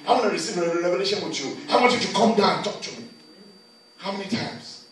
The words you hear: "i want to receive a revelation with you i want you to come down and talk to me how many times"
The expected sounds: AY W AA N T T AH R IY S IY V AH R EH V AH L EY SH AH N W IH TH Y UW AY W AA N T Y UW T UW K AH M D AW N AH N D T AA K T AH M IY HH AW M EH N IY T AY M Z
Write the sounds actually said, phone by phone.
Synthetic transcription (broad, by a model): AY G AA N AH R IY S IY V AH R EH V AH L EY SH AH N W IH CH Y UW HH AA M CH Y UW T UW K AH M D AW AH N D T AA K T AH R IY HH AW M EH N IY T AY M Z